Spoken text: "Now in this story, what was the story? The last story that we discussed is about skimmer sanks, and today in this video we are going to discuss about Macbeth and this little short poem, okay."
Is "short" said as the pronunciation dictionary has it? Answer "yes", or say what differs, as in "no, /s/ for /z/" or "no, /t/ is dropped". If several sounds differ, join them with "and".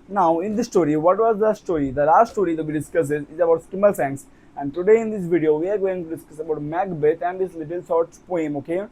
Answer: no, /s/ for /ʃ/